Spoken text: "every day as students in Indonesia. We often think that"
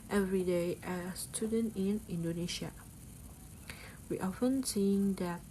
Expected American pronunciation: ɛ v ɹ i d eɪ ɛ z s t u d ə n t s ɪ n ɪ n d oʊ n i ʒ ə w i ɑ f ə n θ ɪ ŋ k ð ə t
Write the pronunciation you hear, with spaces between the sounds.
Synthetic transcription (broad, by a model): ɛ v ɹ i d eɪ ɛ s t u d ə n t ɪ n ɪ n d oʊ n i ʃ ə w i ɑ f ə n s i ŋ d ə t